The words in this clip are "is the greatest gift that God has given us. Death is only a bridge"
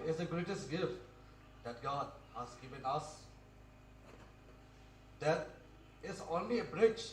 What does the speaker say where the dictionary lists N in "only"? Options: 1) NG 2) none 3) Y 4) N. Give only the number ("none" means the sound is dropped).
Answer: 4